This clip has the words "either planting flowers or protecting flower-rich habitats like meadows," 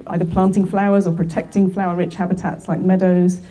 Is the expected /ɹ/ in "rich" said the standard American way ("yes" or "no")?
yes